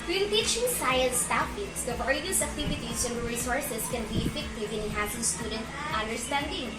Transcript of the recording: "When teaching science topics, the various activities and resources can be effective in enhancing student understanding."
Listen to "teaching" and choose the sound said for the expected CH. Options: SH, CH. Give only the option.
SH